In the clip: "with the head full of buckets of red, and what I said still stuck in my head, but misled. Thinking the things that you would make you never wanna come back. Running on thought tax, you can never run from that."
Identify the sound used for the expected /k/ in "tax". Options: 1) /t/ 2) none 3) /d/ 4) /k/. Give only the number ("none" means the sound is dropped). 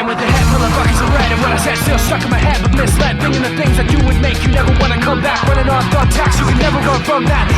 4